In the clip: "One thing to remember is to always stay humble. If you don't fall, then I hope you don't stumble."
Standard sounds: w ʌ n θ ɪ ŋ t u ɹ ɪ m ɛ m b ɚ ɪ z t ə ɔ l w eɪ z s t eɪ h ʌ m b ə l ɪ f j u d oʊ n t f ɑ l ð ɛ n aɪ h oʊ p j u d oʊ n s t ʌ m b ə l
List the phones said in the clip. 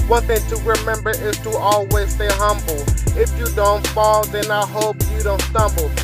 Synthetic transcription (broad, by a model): w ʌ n θ ɪ ŋ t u ɹ ɪ m ɛ m b ɚ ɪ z t ə ɔ l w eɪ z s t eɪ h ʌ m b l ɪ f j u d oʊ n t f ɑ l ð ɛ n aɪ h oʊ p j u d oʊ n s t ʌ m b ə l